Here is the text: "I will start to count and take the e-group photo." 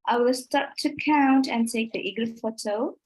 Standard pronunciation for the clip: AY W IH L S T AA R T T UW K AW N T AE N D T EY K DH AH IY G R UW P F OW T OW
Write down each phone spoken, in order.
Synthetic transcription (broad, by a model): AY W IH L S T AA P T T UW K AW N T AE N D T EY K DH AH IY G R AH F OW T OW